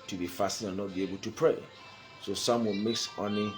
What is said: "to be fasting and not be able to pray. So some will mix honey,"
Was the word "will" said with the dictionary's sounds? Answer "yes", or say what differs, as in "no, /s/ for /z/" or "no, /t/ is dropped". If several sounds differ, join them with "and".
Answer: no, /n/ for /l/